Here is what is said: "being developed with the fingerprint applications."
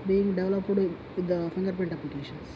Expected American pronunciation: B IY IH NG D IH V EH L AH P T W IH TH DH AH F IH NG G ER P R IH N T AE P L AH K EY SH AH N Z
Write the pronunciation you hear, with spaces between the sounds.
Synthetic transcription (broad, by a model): B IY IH NG D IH V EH L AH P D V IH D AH F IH NG G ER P IH N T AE P L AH K EY SH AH N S